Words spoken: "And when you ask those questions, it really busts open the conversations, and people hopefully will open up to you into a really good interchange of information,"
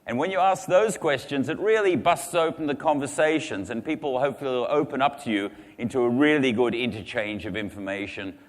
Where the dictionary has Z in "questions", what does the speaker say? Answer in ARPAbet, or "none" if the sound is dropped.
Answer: Z